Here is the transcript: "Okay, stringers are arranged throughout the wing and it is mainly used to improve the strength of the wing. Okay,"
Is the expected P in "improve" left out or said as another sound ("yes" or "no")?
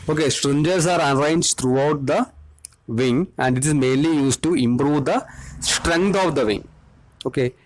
no